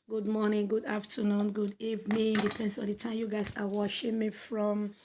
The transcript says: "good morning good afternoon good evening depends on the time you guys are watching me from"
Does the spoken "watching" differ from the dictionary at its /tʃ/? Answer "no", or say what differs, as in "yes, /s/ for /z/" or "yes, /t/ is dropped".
yes, /ʃ/ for /tʃ/